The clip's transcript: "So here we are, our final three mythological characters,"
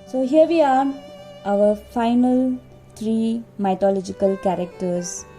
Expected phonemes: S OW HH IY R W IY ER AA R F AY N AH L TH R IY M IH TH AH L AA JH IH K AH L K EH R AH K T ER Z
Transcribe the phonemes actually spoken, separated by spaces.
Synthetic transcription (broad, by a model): S OW HH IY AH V IY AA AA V F AY N AH L T R IY M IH T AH L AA JH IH K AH L K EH R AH K T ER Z